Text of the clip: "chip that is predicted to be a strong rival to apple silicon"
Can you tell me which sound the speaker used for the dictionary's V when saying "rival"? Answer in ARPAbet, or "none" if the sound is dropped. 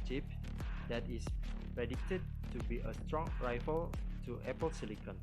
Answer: F